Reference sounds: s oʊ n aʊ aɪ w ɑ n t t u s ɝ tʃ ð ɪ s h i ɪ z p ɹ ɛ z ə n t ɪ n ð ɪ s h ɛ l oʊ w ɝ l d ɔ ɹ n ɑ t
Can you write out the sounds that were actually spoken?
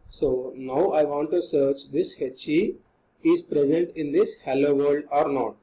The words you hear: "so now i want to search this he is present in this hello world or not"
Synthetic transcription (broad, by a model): s oʊ n aʊ aɪ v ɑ n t t u s ɝ tʃ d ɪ s h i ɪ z p ɹ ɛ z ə n t ɪ n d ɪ s h ɛ l oʊ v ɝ l d ɔ ɹ n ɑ t